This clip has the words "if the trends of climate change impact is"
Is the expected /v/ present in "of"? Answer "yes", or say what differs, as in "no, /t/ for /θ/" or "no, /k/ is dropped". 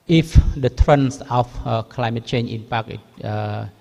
no, /f/ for /v/